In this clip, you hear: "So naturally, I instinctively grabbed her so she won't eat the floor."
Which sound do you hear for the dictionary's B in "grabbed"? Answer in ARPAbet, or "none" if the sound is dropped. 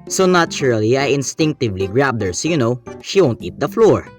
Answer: B